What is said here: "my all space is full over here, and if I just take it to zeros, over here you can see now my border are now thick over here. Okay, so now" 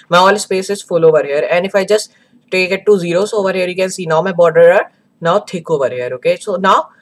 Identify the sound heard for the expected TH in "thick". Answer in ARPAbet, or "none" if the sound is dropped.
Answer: T